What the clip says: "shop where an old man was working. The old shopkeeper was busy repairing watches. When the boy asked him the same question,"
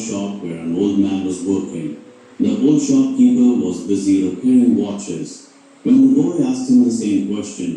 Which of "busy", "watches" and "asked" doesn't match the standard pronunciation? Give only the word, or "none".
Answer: none